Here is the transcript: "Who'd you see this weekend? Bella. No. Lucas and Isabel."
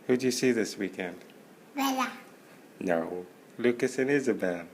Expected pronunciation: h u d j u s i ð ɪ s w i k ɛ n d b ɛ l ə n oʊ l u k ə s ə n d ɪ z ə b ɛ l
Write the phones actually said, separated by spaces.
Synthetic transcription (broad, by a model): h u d j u s i ð ɪ s w i k ɛ n d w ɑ w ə n oʊ l u k ə s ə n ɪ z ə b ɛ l